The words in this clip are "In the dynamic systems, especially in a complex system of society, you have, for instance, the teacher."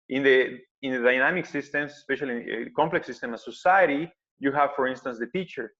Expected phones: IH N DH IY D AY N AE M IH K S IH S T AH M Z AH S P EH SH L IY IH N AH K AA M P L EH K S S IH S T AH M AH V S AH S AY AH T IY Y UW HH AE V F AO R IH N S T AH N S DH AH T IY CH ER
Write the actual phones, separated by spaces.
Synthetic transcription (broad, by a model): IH N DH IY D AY N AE M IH K S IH S T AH M S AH S P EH SH IY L AH K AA M P L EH K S S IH S T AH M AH S AH S AY AH T IY Y UW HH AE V F AO R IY N S T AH N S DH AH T IY CH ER